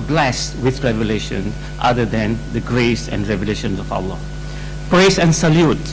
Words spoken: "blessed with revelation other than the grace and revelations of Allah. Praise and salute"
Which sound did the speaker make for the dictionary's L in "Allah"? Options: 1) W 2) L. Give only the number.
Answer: 1